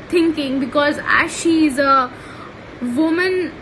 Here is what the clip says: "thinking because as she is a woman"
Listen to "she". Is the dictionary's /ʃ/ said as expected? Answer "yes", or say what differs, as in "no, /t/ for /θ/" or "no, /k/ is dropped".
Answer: yes